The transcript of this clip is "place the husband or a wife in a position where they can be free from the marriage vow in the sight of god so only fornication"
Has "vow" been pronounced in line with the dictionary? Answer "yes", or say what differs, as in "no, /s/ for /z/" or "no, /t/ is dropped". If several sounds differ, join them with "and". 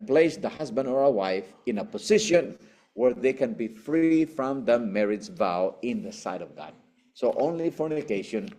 yes